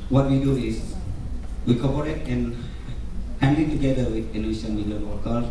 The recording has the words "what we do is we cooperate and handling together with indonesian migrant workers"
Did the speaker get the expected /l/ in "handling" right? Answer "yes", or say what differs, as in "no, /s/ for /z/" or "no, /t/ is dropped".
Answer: no, /l/ is dropped